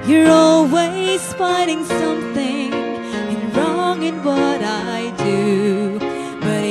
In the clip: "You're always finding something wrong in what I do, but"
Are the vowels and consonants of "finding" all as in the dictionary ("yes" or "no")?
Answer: no